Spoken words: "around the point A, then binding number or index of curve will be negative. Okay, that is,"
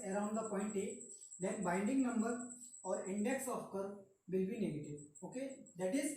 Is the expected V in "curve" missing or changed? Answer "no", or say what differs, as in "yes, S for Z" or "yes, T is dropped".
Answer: no